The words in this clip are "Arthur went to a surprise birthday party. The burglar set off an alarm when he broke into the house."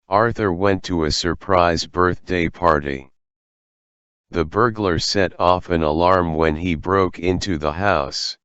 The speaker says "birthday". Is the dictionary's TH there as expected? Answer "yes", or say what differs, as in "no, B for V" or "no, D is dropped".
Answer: yes